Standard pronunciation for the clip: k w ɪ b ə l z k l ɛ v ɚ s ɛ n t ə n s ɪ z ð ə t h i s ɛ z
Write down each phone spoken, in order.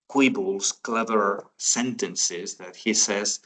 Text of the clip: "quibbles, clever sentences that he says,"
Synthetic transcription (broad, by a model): k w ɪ b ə l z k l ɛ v ɚ s ɛ n t ə n s ɪ z ð ə t h i s ɛ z